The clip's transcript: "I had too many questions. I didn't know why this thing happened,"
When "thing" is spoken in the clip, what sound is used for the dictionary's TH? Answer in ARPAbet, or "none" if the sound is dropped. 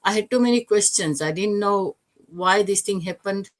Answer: T